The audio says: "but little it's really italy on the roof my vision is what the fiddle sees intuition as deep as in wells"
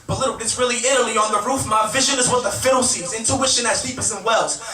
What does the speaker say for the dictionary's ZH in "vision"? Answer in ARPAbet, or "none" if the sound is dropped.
ZH